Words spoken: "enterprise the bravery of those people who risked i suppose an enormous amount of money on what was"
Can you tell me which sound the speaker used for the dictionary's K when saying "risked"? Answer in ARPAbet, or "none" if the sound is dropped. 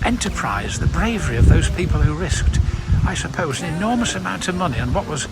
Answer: K